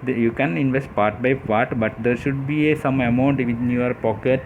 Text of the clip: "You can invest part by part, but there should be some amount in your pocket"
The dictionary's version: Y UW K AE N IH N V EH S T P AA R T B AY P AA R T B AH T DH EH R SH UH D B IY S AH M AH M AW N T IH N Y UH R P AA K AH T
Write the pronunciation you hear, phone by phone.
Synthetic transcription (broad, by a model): Y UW K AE N IH N V EH S T P AA R T B AY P AA R T B AH T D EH R SH UH D B IY S AH M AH M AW N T IH N Y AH R P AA K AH T